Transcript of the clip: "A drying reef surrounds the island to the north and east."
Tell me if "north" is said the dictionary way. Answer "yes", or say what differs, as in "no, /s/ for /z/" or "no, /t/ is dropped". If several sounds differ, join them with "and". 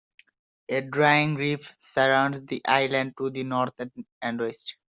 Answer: no, /t/ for /θ/